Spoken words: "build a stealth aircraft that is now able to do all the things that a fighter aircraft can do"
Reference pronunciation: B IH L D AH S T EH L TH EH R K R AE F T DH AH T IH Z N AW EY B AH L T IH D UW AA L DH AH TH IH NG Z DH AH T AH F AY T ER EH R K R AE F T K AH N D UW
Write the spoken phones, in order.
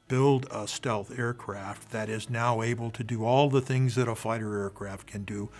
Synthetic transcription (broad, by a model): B IH L D AH S T EH L TH EH R K R AE F T DH AH T IH Z N AW EY B AH L T IH D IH AA L DH AH TH IH NG Z DH AH T AH F AY T ER EH R K R AE F T K AH N D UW